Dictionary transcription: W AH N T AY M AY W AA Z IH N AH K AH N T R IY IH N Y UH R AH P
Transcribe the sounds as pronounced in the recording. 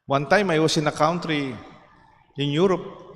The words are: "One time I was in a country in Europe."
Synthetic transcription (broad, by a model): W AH N T AY M AY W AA S IH N AH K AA N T R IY IH N Y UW R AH P